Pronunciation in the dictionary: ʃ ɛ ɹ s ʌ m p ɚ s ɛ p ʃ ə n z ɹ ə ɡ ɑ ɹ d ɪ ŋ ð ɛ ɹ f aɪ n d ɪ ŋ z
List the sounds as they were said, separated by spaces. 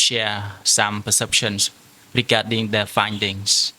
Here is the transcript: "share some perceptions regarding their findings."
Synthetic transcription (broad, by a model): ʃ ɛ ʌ s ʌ m p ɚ s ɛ p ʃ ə n s ɹ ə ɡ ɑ d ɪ ŋ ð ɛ f aɪ n d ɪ ŋ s